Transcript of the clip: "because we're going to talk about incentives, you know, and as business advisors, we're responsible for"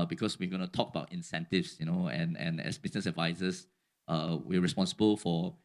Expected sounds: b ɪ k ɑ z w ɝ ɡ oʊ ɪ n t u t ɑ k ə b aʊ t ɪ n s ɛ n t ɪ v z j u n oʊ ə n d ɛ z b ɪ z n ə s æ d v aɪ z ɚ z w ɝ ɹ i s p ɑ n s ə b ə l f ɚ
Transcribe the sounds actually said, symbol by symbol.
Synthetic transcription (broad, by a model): b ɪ k ɑ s w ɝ ɡ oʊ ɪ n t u t ɑ k ə b aʊ t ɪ n s ɛ n t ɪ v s j u n oʊ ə n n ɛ s b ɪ s n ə s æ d v aɪ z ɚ s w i ɹ i s p ɑ n s ə b ə l f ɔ